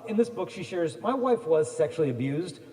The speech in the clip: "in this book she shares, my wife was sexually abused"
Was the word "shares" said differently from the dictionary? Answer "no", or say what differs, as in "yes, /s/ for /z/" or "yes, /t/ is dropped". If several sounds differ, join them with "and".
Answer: no